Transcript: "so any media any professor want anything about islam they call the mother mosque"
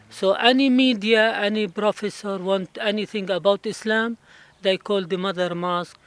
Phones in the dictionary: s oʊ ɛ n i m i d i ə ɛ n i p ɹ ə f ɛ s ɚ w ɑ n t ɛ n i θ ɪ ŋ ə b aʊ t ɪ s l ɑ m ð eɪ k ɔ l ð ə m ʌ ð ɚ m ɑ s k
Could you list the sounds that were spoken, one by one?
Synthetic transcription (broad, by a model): s oʊ ɛ n i m i d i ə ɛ n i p ɹ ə f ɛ s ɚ w ɑ n t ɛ n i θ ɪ ŋ ə b aʊ t ɪ s l ɑ m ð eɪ k ɔ l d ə m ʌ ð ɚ m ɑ s k